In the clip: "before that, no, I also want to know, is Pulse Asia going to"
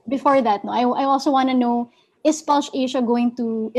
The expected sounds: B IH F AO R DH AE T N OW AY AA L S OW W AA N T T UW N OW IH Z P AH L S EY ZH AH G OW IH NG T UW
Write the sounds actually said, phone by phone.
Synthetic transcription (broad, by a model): B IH F AO R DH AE T N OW AY AA L S OW W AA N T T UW N OW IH S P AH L SH EY SH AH G OW IH NG T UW